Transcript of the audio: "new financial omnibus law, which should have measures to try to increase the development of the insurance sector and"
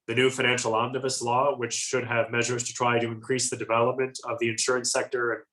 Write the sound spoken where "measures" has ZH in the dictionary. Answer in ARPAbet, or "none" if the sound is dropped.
ZH